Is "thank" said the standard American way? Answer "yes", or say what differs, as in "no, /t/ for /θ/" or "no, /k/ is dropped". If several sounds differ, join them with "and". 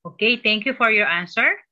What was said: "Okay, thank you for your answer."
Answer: no, /t/ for /θ/